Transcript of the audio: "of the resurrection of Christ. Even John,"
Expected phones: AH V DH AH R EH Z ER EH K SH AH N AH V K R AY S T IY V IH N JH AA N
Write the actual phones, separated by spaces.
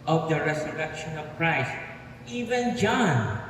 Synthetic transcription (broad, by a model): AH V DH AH R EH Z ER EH K SH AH N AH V K R AY S T IY V IH N JH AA N